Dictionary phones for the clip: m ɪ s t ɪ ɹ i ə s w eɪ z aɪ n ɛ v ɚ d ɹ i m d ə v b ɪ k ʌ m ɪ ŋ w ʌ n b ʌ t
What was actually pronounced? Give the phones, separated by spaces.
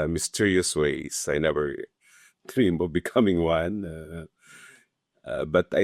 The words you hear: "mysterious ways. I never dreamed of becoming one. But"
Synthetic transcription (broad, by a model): m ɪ s t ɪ ɹ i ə s w eɪ s aɪ n ɛ v ɚ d ɹ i m ə v b ɪ k ʌ m ɪ ŋ w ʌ n b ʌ t